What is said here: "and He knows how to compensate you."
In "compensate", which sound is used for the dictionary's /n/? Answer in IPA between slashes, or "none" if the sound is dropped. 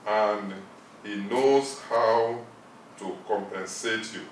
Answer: /n/